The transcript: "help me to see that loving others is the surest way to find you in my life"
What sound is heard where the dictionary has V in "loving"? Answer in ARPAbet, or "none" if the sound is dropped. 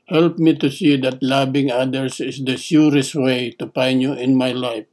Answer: B